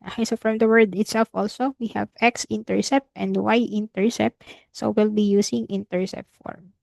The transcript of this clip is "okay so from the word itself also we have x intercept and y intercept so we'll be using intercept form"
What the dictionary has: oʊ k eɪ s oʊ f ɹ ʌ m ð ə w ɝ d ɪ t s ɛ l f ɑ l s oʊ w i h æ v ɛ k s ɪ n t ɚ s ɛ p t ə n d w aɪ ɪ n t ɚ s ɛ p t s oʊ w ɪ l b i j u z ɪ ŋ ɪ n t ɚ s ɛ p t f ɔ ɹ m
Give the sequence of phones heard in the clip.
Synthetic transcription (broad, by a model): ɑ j s oʊ f ɹ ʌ m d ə w ɝ d ɪ t s ɛ l f ɑ l s oʊ w i h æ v ɛ k s ɪ n t ɚ s ɛ p t ə n d w aɪ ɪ n t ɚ s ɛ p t s oʊ w ɪ l b i j u s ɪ ŋ ɪ n t ɚ s ɛ p t f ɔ ɹ m